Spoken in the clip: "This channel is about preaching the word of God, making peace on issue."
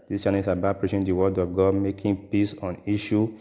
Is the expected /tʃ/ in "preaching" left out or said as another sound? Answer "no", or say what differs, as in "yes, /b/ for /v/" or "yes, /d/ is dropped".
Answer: yes, /ʃ/ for /tʃ/